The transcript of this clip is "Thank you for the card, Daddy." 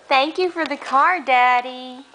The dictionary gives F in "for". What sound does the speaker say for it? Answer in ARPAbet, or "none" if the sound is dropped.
F